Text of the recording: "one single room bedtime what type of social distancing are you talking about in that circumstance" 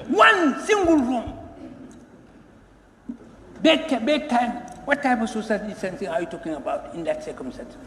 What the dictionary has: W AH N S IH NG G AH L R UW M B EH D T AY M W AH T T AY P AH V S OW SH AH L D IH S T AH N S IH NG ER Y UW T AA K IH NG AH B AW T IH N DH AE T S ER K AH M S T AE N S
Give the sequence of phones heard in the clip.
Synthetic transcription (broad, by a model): W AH N S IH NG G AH L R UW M B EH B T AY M W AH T T AY P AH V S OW S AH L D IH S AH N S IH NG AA Y UW T AA K IH NG AH B AW T IH N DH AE T S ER K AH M S T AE N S